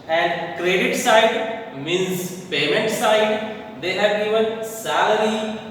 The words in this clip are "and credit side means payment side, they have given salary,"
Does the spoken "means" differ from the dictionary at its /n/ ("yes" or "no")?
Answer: yes